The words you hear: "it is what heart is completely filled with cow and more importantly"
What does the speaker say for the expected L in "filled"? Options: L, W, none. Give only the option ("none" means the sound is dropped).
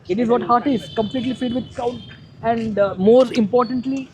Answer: none